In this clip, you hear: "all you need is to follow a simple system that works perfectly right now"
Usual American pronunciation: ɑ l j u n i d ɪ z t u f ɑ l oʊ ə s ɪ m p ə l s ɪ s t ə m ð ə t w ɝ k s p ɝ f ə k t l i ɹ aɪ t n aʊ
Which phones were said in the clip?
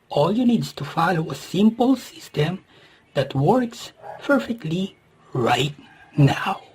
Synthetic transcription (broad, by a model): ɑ l j u n i d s t u f ɑ l oʊ ə s ɪ m p ə l s ɪ s t ə m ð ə t w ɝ k s p ɝ f ə k t l i ɹ aɪ t n aʊ